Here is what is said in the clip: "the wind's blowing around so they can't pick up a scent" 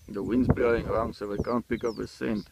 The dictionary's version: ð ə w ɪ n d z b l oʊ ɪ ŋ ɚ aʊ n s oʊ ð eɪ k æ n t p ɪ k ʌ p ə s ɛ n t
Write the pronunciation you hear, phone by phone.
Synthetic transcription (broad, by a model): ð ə w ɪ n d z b oʊ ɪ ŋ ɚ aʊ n s oʊ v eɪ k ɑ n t p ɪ k ʌ p ə s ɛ n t